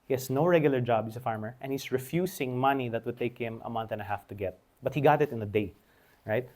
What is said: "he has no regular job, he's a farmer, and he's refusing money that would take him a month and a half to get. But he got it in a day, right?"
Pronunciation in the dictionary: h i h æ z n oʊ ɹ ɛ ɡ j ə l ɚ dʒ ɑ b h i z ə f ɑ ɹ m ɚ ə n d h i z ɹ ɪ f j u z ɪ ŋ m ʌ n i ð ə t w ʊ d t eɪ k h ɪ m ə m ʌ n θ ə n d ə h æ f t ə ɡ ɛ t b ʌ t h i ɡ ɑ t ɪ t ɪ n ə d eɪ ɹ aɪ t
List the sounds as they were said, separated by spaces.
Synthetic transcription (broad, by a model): h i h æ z n oʊ ɹ ɛ ɡ j ə l ɚ dʒ ɑ b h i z ə f ɑ ɹ m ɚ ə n h i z ɹ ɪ f j u s ɪ ŋ m ʌ n i ð ə t w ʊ d t eɪ k h ɪ m ə m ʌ n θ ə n ə h æ f t ə ɡ ɛ t b ʌ t h i ɡ ɑ t ɪ t ɪ n ə d eɪ ɹ aɪ t